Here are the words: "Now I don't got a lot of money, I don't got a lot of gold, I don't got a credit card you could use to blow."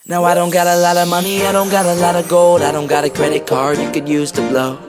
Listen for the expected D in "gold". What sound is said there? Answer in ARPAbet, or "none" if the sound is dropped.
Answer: D